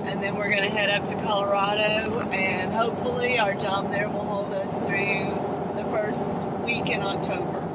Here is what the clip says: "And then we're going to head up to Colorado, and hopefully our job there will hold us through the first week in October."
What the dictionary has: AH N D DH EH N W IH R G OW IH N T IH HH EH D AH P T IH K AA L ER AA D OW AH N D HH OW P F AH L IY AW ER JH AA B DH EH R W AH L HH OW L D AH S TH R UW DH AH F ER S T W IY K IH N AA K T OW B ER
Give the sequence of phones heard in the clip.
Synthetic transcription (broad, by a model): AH N DH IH N W IH R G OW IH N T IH HH EH D AH P T IH K AA L ER AA D OW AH N HH OW P F L IY AW ER JH AA B DH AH R W AH L HH OW L D AH S TH R UW DH AH F ER S T W IY K IH N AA K T OW B ER